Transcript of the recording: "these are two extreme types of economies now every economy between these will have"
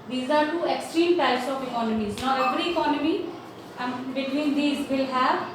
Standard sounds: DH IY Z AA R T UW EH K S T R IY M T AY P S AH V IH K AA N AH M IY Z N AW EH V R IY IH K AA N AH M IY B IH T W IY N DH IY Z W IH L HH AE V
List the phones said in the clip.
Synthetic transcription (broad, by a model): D IY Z AA R T UW EH K S T R IY M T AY S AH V IH K AA N AH M IY Z N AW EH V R IY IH K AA N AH M IY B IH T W IY N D IY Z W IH L HH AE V